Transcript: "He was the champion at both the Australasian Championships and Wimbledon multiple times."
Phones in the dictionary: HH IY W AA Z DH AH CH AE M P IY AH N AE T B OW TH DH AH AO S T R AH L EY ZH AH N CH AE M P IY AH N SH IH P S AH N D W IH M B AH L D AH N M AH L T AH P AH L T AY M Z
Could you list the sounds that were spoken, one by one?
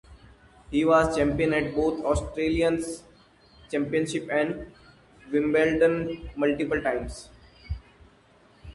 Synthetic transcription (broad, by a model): HH IY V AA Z CH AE M P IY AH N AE T B OW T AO S T R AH L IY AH N CH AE M P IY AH N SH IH P AH N D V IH M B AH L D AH N M AH L T AH P AH L T AY M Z